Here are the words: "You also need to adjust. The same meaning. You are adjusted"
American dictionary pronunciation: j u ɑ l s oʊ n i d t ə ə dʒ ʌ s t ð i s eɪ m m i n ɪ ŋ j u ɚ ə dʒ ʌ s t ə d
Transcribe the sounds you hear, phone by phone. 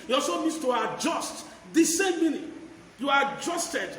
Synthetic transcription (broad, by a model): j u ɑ s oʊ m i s t ə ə dʒ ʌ s t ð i s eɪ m m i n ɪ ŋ j u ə dʒ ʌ s t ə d